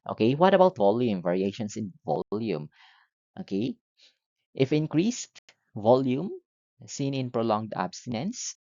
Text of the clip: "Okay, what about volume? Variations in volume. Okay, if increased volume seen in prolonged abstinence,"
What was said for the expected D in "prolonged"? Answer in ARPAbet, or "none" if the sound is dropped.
D